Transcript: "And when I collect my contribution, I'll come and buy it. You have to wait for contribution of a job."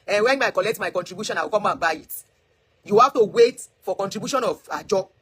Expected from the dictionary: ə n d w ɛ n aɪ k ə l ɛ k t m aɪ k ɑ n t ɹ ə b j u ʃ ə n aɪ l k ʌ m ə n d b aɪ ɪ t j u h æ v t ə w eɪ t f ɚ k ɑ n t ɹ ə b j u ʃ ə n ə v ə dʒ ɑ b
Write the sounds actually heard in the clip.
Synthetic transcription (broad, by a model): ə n w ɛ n aɪ k ə l ɛ k t m aɪ k ɑ n t ɹ ə b j u ʃ ə n aɪ w k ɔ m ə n b aɪ ɪ t j u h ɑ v t ə w eɪ t f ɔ k ɑ n t ɹ ə b j u ʃ ə n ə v ə dʒ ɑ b